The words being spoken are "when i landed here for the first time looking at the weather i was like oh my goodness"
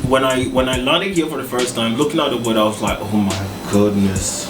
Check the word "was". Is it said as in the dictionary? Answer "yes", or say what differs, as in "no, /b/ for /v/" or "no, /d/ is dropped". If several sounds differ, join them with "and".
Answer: yes